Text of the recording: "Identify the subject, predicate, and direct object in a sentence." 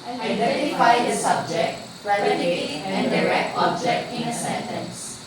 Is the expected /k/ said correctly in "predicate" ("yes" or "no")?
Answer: no